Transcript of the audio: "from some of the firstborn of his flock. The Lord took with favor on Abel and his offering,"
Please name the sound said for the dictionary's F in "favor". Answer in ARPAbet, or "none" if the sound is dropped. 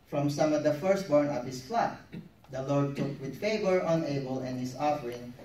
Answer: F